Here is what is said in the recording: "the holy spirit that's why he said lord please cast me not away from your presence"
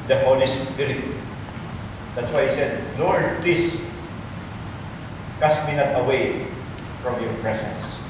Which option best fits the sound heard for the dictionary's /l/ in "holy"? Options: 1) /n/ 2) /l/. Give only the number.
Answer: 1